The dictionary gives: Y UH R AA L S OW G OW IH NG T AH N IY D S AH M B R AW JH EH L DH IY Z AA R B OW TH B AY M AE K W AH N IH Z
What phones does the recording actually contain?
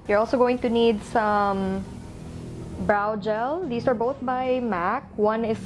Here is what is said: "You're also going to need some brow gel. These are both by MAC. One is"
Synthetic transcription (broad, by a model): Y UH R AA L S OW G OW IH NG T AH N IY D S AH M B R AW JH EH L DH IY S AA R B OW TH B AY M AE K W AH N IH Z